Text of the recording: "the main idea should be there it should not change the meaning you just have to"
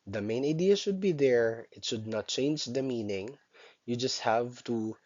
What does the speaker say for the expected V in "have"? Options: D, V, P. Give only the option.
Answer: V